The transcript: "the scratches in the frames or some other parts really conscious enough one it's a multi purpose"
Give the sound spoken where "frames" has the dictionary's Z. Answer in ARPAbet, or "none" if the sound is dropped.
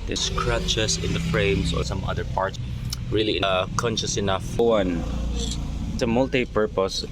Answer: S